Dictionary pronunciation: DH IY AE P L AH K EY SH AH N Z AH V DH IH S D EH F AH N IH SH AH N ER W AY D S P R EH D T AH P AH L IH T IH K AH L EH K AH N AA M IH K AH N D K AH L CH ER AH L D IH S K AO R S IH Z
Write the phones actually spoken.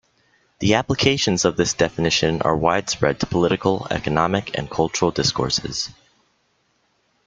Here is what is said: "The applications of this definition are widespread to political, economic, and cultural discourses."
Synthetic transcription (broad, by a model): DH IY AE P L AH K EY SH AH N Z AH V DH IH S D EH F AH N IH SH AH N ER W AY D S P R EH D T AH P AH L IH T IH K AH L EH K AH N AA M IH K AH N K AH L CH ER L D IH S K AO R S IH Z